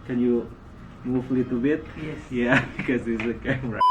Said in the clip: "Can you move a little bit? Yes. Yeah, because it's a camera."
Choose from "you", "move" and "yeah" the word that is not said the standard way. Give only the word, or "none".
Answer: move